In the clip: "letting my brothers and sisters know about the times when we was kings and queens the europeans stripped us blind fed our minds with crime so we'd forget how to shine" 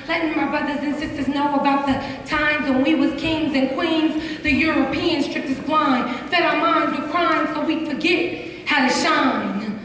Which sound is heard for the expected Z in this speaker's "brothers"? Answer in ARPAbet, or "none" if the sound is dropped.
Z